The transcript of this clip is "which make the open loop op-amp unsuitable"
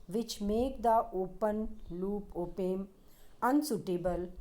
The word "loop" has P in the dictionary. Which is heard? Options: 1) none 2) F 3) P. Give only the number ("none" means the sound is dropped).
3